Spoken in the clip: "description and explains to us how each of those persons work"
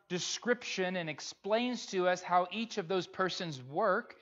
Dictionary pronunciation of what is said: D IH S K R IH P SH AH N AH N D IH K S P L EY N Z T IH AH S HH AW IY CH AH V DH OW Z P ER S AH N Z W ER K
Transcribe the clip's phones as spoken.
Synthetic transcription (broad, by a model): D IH S K R IH P SH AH N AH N IH K S P L EY N Z T IH AH S HH AW IY CH AH V DH OW Z P ER S AH N Z W ER K